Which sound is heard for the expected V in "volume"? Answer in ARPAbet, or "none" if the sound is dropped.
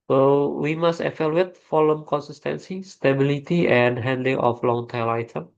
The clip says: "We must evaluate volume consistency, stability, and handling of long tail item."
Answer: F